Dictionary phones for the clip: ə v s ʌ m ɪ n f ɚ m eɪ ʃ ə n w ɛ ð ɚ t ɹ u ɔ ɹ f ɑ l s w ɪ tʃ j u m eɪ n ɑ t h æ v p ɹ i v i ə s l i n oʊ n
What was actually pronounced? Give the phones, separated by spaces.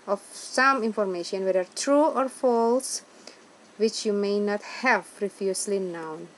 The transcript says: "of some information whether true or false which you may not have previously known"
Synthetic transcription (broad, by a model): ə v s ʌ m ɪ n f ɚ m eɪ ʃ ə n w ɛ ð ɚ t ɹ u ɔ ɹ f ɑ l s w ɪ tʃ j u m eɪ n ɑ t h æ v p ɹ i f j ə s l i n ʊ n